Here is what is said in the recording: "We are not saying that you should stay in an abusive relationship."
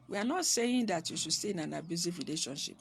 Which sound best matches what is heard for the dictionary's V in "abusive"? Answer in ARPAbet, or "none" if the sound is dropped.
F